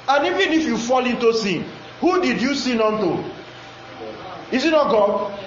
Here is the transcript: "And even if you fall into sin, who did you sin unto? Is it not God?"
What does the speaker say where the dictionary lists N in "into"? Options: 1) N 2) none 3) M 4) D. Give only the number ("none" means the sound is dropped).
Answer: 1